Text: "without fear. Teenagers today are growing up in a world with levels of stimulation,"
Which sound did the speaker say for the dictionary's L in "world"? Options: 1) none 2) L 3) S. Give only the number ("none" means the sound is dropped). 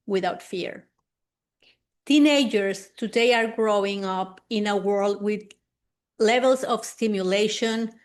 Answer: 2